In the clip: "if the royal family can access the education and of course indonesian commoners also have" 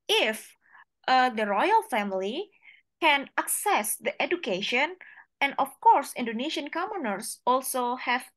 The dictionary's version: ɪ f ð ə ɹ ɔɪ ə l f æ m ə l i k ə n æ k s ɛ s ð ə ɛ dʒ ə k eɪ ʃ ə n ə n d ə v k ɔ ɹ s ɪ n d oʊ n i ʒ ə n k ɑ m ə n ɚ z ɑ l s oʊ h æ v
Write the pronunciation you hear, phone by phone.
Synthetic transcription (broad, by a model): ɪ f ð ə ɹ ɔɪ ə l f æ m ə l i k ə n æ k s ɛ s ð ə ɛ dʒ ə k eɪ ʃ ə n ə n d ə f k ɔ ɹ s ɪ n d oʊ n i ʃ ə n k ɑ m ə n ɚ s ɑ l s oʊ h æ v